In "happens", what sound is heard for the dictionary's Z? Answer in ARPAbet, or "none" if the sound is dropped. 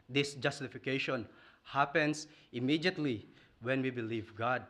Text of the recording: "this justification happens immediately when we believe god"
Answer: S